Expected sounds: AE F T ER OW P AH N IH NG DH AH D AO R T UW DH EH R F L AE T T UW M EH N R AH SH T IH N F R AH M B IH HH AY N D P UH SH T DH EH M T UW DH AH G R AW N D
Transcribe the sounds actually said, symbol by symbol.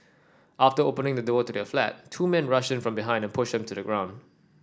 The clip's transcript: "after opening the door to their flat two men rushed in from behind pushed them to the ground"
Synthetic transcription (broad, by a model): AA F T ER OW P AH N IH NG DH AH D AO T UW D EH F L AE T T UW M EH N R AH SH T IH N F R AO M B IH HH AY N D P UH SH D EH M T UW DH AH G R AW N D